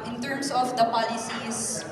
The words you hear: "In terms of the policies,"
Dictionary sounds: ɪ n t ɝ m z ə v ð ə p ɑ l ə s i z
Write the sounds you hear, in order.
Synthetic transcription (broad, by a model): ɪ n t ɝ m s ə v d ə p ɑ l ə s i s